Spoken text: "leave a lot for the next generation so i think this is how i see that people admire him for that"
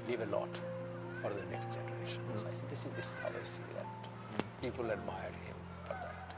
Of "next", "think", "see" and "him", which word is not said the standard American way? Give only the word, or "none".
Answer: think